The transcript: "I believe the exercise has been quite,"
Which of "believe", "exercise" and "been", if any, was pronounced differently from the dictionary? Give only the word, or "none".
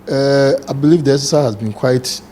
exercise